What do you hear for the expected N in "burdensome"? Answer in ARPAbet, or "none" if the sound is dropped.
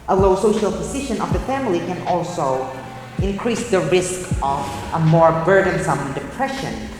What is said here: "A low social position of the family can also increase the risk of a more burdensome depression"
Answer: N